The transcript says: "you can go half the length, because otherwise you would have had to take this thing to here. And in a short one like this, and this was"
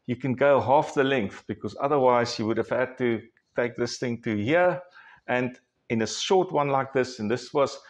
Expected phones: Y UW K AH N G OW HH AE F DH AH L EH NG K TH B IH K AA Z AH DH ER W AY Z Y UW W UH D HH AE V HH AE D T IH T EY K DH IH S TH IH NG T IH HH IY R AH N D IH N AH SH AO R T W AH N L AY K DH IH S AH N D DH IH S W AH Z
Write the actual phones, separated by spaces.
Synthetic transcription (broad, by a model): Y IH K AH N G OW HH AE F DH AH L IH NG K TH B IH K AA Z AH DH ER W AY Z Y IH W UH D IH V HH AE D T IH T EY K DH IH S TH IH NG T IH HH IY R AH N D IH N AH SH AO R T W AH N L AY K DH IH S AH N DH IH S W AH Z